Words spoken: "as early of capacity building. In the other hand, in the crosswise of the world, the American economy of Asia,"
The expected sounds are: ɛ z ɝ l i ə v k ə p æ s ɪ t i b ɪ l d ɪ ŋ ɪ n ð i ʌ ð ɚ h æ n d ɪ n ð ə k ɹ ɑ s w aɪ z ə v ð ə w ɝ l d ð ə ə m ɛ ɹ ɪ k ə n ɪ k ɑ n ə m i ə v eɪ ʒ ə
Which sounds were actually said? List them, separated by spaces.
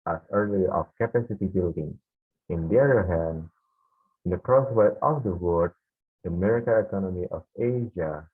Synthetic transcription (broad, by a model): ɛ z ɝ l i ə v k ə p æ s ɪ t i b ɪ l d ɪ ŋ ɪ n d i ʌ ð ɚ h æ n d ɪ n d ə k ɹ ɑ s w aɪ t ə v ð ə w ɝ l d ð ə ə m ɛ ɹ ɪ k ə ɪ k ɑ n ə m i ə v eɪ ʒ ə